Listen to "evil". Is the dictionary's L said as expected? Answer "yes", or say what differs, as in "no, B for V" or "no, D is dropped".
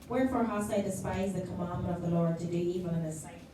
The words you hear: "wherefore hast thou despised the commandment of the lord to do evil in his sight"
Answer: no, N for L